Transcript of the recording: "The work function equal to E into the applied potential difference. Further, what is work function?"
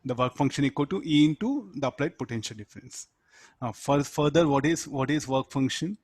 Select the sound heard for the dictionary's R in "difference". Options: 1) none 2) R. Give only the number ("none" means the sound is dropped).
2